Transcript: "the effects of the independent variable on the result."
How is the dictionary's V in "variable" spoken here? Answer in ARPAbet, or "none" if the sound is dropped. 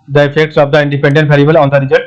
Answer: P